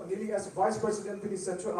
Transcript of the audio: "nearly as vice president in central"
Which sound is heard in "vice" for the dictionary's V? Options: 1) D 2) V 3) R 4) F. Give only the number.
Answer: 2